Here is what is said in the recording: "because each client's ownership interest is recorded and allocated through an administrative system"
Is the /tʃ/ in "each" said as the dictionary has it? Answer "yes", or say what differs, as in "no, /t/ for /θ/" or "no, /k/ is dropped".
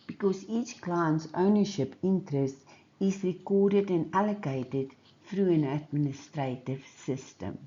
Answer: yes